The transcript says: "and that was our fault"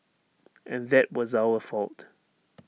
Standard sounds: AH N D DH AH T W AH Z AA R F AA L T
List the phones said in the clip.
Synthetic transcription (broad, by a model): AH N DH AH T W AH Z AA L F AA L T